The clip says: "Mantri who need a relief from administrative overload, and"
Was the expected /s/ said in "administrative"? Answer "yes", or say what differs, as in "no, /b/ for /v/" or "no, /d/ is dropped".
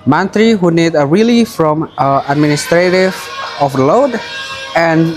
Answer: yes